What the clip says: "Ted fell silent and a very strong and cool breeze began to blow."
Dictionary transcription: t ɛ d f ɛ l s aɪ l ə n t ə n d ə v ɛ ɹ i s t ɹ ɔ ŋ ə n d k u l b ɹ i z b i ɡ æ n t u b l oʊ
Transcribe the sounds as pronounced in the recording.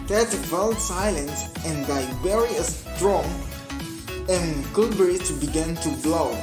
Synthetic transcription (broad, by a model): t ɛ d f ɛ l s aɪ l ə n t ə n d ə b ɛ ɹ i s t ɹ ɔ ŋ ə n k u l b ɹ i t b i ɡ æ n t u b l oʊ